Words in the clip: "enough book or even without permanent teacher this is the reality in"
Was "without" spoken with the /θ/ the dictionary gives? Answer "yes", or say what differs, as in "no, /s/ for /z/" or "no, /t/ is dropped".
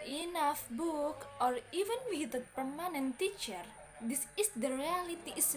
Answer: no, /s/ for /θ/